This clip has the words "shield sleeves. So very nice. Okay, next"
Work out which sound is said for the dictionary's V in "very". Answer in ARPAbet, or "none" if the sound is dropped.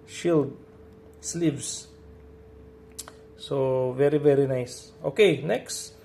V